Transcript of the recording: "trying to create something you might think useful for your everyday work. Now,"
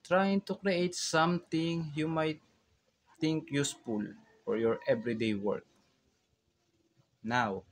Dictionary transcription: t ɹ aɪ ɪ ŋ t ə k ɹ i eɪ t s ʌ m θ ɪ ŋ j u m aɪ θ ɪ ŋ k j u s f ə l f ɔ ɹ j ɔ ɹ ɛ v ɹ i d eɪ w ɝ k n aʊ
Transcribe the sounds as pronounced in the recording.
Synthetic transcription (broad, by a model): t ɹ aɪ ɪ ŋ t ə k ɹ i eɪ t s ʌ m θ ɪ ŋ j u m aɪ t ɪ ŋ k j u s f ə l f ɔ ɹ j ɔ ɹ ɛ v ɹ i d eɪ w ɝ k n aʊ